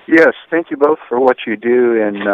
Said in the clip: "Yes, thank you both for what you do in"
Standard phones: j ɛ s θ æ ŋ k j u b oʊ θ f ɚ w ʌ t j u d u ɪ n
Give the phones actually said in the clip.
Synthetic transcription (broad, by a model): j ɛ s θ æ ŋ k j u b oʊ θ f ɚ w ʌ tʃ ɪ d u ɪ n